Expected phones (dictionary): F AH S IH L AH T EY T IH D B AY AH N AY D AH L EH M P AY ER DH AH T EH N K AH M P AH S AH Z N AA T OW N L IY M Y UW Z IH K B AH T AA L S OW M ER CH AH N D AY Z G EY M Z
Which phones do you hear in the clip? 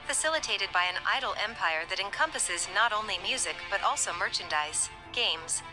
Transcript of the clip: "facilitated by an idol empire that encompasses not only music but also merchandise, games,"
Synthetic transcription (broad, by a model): F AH S IH L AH T EY T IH D B AY AH N AY D L EH M P AY ER DH AH T EH N K AH M P AH S AH Z N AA T OW N L IY M Y UW Z IH K B AH T AA L S OW M ER CH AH N D AY S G EY M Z